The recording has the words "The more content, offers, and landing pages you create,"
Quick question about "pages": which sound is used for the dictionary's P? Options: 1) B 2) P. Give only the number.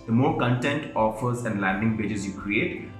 1